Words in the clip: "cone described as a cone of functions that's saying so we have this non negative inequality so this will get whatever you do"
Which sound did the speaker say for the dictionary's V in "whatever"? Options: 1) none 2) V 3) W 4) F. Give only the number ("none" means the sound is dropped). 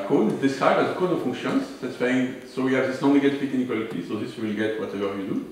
2